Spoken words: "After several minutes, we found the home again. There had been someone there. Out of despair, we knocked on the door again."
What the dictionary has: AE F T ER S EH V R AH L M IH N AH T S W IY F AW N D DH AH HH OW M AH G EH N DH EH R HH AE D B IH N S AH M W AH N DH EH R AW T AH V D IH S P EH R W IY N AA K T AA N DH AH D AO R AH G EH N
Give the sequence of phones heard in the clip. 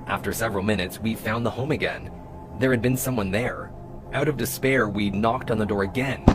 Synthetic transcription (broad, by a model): AE F T ER S EH V R L M IH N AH T S W IY F AW N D DH AH HH OW M AH G EH N DH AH R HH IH D B IH N S AH M W AH N DH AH R AW T AH V D IH S P EH R W IY N AA K T N DH AH D AO R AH G EH N